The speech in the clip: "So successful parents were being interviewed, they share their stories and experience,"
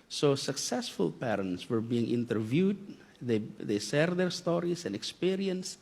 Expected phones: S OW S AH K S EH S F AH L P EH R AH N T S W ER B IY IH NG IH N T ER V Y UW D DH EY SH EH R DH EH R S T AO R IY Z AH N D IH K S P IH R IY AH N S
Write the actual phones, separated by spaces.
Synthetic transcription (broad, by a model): S OW S AH K S EH S F AH L P EH R AH N T S W ER B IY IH NG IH N T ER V Y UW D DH EY S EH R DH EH R S T AO R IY S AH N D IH K S P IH R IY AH N S